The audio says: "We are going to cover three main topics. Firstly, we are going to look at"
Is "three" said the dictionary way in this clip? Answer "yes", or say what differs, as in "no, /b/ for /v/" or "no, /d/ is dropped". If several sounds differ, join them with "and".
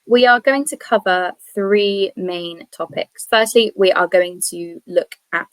yes